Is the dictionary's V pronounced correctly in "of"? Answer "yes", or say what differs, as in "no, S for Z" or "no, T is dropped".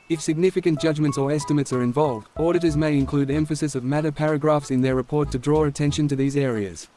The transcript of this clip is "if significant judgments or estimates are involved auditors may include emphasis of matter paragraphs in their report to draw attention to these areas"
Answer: yes